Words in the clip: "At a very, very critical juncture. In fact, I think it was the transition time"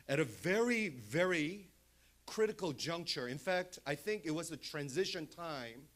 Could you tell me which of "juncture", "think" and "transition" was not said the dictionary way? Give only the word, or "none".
none